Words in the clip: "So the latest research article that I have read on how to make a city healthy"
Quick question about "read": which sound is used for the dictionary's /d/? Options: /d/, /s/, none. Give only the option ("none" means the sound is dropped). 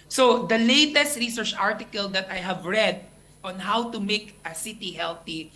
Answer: /d/